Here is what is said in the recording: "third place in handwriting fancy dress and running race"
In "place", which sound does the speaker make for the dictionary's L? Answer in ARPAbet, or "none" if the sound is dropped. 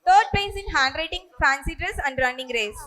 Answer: none